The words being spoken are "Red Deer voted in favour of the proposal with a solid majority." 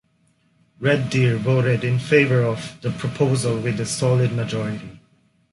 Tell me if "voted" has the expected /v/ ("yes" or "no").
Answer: no